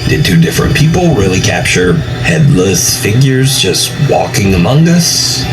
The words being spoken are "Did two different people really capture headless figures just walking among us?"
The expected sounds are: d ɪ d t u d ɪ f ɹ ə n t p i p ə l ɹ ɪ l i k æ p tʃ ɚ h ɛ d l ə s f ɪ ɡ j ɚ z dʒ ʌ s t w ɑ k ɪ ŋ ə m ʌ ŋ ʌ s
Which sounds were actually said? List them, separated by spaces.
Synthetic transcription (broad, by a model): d ɪ d t u d ɪ f ɹ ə n p i p l ɹ ɪ l i k æ p tʃ ɚ h ɛ d l ə s f ɪ ɡ j ɚ z dʒ ʌ s t w ɑ k ɪ ŋ ə m ʌ ŋ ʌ s